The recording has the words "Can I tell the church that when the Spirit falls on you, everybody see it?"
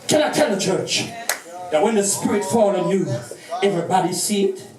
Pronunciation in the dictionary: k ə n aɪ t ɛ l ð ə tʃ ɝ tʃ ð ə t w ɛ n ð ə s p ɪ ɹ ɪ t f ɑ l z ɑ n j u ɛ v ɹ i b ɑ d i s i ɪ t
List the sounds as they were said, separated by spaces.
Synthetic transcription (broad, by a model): k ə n aɪ t ɛ l ð ə tʃ ɝ tʃ ð ə t w ɛ n ð ə s p ɪ ɹ ɪ t f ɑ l ɑ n j u ɛ v ɹ i b ɑ d i s i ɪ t